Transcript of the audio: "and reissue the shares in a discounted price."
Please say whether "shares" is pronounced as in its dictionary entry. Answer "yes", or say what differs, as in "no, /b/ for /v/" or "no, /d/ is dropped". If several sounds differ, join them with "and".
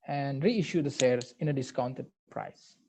no, /s/ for /ʃ/